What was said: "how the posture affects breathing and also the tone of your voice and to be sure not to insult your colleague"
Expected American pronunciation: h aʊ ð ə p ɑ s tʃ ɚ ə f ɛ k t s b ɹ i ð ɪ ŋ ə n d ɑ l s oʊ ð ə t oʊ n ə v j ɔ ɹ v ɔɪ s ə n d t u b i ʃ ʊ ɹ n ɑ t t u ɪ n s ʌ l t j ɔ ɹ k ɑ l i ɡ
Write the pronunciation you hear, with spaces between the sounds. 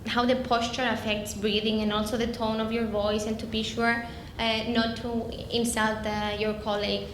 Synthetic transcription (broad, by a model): h aʊ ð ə p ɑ s tʃ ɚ ə f ɛ k t s b ɹ i ð ɪ ŋ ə n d ɑ l s oʊ ð ə t oʊ n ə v j ɔ ɹ v ɔɪ s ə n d t u b i ʃ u ɹ n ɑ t t u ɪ n s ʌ l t j ɔ ɹ k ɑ l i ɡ